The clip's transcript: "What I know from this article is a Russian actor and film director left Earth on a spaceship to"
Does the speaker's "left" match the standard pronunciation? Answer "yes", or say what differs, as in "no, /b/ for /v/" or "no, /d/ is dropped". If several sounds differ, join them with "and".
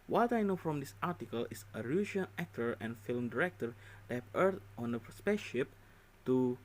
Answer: no, /f/ is dropped